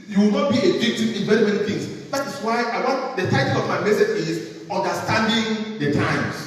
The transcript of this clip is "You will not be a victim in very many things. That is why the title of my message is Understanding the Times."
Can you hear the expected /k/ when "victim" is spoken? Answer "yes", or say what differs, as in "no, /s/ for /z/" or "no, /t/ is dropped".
no, /k/ is dropped